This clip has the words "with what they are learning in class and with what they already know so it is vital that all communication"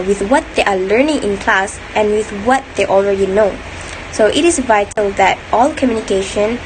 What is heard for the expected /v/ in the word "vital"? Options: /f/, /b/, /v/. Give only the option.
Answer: /v/